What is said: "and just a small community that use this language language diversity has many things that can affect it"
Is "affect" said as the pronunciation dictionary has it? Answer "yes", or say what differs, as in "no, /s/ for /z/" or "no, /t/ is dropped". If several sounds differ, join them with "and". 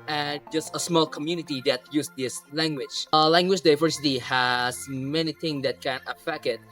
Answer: no, /t/ is dropped